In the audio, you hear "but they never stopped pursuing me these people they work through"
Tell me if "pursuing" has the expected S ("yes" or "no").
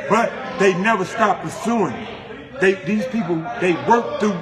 yes